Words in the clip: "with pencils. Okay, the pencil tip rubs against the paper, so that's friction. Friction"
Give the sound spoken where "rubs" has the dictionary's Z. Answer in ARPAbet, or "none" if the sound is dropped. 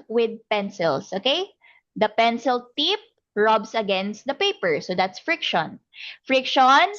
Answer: S